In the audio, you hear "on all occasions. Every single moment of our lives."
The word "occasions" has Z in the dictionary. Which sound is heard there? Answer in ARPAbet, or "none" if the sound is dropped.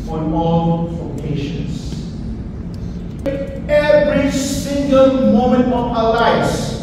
S